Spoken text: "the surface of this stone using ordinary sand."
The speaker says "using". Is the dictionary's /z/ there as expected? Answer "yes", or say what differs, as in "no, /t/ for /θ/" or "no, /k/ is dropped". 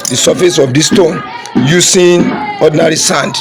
no, /s/ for /z/